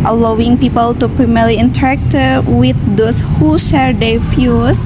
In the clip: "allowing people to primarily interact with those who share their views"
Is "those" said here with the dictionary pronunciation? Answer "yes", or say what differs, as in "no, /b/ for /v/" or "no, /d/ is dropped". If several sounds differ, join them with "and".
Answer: no, /s/ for /z/